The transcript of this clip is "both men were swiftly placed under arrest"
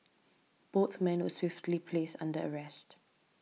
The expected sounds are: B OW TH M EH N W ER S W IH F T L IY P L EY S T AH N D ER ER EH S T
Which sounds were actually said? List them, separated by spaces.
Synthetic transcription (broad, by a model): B OW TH M EH N W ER S W IH F T L IY P L EY S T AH N D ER ER EH S T